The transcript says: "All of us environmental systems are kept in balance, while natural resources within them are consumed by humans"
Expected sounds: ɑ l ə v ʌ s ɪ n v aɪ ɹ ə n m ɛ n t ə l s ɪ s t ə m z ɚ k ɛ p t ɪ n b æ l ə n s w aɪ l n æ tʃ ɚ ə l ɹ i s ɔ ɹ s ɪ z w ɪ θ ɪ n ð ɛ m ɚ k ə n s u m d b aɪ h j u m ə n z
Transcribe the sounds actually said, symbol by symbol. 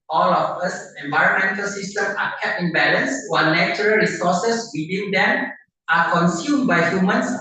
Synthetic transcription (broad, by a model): ɑ l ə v ʌ s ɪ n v aɪ ɹ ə n m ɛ n t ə l s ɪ s t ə m ɑ k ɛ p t ɪ n b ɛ l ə n s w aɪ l n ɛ tʃ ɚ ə l ɹ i s ɔ s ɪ s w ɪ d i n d ɛ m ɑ k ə n s u m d b aɪ h j u m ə n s